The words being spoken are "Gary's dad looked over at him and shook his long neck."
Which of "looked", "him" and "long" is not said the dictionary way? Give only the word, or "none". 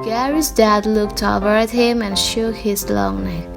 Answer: none